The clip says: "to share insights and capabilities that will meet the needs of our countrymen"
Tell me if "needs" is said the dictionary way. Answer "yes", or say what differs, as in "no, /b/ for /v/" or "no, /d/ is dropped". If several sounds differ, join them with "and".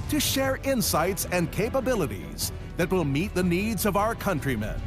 yes